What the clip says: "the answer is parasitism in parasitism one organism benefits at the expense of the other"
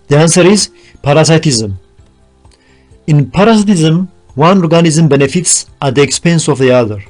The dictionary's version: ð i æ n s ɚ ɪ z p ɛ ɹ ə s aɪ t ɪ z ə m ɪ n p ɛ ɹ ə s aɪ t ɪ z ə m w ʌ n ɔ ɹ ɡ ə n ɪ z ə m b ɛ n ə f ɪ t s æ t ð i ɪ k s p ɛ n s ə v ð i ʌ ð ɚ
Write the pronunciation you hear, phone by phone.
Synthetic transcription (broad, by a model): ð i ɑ n s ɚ ɪ z p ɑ ɹ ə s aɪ t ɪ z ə m ɪ n p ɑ ɹ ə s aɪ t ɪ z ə m w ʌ n ɔ ɹ ɡ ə n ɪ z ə m b ɛ n ə f ɪ t s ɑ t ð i ɪ k s p ɛ n s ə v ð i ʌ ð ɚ